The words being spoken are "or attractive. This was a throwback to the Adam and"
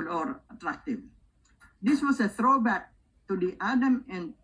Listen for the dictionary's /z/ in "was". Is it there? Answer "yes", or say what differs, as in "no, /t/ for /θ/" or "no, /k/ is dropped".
no, /s/ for /z/